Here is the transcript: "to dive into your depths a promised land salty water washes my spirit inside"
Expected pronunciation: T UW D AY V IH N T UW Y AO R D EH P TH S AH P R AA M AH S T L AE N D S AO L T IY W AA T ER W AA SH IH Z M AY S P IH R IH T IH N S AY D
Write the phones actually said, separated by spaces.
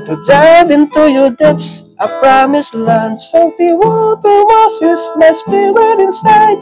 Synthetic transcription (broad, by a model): T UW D AY V IH N T UW Y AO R D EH P S AH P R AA M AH S L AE N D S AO T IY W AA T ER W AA S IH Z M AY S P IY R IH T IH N S AY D